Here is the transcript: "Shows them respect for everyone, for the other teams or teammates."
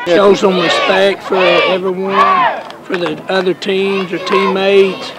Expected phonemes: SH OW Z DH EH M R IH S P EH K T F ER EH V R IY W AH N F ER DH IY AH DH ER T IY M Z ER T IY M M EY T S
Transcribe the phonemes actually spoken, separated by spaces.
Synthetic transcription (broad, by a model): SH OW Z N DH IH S B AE K F ER EH V R IY W AH N F ER DH IY AH DH ER T IY M Z ER T IY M M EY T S